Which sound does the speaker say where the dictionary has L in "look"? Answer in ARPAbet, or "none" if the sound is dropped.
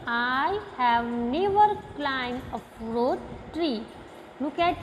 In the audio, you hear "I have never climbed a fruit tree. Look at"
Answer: N